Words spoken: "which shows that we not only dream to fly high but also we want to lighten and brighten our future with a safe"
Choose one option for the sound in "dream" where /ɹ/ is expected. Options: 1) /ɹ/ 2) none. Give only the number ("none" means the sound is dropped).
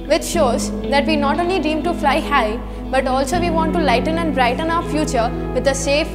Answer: 2